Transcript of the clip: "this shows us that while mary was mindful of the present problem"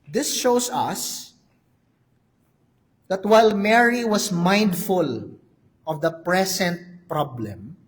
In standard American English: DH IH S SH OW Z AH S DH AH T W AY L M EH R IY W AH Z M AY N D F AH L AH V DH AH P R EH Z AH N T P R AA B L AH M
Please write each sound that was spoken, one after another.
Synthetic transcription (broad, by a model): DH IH S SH OW S AH S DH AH T W AY L M EH R IY W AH S M AY N D F AH L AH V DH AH P R EH S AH N T P R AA B L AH M